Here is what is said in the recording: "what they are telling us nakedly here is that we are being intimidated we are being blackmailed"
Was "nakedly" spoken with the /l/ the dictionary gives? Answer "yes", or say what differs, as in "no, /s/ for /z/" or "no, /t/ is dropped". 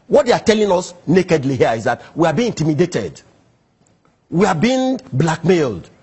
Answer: yes